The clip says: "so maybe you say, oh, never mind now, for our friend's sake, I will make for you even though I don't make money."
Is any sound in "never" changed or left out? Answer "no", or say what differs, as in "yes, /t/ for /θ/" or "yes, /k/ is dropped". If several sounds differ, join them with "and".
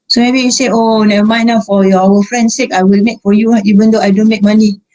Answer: yes, /v/ is dropped